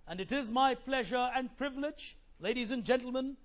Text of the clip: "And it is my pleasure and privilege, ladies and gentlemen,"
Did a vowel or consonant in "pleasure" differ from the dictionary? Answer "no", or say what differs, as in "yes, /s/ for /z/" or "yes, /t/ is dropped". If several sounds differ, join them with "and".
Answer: no